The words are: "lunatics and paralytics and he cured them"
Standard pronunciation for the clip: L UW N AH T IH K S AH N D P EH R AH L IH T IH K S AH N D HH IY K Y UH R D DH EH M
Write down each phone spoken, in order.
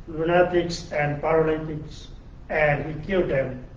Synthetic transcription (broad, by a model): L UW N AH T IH K S AH N D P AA R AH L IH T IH K S AH N D HH IY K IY L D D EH M